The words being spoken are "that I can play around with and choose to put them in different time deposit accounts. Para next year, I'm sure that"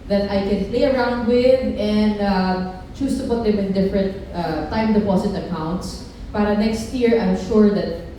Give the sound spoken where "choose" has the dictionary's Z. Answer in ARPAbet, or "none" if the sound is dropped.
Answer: S